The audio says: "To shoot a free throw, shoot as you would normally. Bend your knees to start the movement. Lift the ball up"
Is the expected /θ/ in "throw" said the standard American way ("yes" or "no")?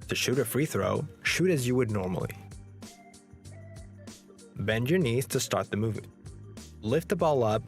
yes